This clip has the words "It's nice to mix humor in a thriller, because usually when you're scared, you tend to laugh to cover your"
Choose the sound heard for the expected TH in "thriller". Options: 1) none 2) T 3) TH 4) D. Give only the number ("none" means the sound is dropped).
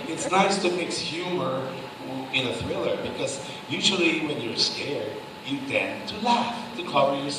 3